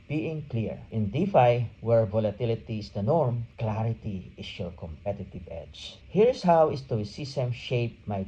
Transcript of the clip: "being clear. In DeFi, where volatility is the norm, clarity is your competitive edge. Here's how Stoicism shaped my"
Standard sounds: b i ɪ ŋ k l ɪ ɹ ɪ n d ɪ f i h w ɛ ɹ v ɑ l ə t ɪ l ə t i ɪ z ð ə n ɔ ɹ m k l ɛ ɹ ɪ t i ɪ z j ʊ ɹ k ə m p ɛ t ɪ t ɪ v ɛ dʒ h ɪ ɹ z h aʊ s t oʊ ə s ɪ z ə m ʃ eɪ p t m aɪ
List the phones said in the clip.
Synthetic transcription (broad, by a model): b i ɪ ŋ k l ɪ ɹ ɪ n d ɪ f i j w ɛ ɹ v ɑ l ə t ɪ l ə t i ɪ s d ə n ɔ ɹ m k l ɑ ɹ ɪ t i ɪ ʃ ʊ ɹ k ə m p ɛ t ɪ t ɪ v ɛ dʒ h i ɹ s h aʊ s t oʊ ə s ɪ s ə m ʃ eɪ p m aɪ